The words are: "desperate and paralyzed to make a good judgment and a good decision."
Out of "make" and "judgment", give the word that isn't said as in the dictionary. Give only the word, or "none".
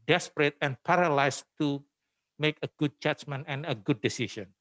judgment